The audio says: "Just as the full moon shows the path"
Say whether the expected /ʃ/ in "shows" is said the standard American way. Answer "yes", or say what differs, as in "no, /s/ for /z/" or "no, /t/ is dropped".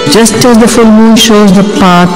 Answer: yes